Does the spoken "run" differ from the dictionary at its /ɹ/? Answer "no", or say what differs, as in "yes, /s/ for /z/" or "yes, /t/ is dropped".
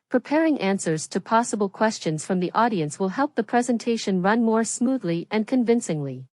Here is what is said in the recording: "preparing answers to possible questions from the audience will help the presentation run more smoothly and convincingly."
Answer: no